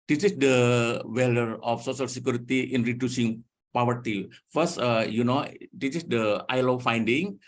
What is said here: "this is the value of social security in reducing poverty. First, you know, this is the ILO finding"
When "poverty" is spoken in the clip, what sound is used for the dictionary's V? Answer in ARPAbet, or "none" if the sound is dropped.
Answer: W